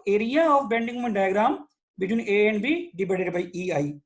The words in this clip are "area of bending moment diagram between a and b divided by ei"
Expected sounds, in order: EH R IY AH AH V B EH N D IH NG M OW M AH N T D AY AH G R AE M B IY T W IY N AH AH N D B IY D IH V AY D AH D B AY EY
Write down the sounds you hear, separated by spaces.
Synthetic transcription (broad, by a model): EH R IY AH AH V B EH N D IH NG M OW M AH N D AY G R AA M B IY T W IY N AH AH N B IY D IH B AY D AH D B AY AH